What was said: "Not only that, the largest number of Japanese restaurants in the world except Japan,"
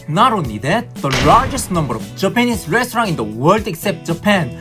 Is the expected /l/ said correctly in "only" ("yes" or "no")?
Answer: no